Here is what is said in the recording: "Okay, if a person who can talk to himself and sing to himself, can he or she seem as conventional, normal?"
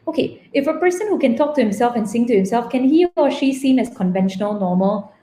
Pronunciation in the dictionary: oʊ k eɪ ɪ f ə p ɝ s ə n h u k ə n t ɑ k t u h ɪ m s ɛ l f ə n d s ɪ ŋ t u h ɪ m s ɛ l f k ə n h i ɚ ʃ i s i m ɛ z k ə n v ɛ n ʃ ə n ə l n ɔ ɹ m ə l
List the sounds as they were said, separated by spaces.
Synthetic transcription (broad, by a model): oʊ k eɪ ɪ f ə p ɝ s ə n h u k ə n t ɑ k t u h ɪ m s ɛ l f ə n s ɪ ŋ t u h ɪ m s ɛ l f k ə n h i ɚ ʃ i s i m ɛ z k ə n v ɛ n ʃ ə n ə l n ɔ m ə l